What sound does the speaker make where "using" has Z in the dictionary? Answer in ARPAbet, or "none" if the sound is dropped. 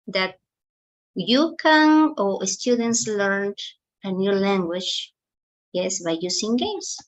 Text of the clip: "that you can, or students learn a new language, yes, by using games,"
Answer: S